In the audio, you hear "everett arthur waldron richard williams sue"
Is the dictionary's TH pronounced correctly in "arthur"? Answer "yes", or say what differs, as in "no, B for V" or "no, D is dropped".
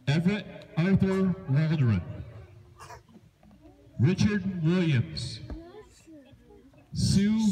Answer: yes